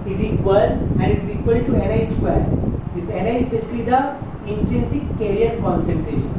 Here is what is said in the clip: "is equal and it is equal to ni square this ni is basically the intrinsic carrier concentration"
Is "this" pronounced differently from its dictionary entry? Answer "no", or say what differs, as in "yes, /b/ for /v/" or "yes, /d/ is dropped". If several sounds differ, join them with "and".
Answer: yes, /s/ is dropped